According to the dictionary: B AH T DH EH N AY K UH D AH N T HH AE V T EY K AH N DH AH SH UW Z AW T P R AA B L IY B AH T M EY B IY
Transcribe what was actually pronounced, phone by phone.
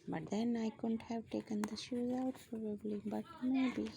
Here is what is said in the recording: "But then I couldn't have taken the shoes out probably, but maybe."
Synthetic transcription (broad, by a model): B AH T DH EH N AY K UH D AH N T HH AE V T EY K AH N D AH SH UW Z AW T F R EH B L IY B AH T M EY B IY